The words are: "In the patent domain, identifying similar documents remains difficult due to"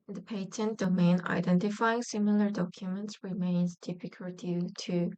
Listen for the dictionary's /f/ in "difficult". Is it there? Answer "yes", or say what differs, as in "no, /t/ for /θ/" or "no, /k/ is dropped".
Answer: no, /p/ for /f/